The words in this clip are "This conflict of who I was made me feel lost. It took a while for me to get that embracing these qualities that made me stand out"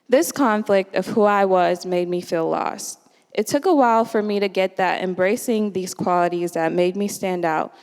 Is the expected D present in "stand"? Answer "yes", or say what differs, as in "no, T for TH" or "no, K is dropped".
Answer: yes